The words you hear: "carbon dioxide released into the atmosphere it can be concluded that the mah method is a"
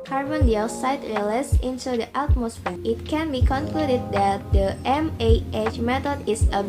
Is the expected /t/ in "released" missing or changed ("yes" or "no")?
yes